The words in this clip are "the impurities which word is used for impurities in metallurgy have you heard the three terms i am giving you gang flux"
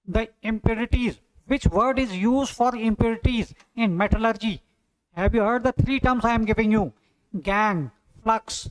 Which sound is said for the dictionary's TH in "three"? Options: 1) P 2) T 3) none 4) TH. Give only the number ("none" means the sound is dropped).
2